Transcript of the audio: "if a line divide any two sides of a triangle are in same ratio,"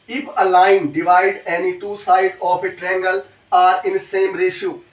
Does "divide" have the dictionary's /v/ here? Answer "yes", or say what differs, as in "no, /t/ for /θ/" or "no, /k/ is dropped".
yes